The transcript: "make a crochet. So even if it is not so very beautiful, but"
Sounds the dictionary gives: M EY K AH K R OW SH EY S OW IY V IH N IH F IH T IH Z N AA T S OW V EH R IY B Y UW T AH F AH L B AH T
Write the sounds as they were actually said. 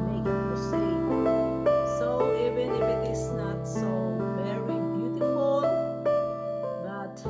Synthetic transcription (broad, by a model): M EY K AH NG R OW S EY S OW IY V IH N IH F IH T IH S N AA T S OW V EH R IY B Y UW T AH F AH L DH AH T